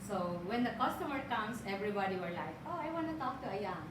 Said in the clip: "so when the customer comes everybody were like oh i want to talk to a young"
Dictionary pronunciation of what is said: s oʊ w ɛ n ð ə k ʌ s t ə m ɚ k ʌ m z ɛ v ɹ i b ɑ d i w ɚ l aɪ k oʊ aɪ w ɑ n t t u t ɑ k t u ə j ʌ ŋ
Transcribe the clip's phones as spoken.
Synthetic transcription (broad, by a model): s oʊ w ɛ n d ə k ʌ s t ə m ɚ k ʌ m s ɛ v ɹ i b ɑ d i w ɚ l aɪ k oʊ aɪ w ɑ n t t u t ɑ k t u ə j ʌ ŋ